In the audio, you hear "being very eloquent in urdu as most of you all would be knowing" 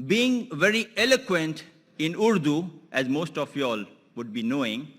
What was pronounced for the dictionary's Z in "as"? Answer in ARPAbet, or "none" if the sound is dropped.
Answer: Z